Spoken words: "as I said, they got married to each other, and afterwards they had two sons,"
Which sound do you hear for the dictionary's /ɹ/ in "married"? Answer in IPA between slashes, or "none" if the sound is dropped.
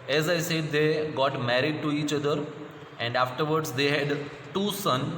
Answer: /ɹ/